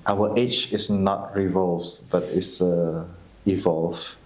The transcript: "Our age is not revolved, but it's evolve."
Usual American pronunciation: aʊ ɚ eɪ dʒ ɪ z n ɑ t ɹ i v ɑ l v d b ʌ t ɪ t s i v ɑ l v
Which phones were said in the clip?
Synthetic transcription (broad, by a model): aʊ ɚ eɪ tʃ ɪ s n ɑ t ɹ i v ɑ l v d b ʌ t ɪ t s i v ɑ l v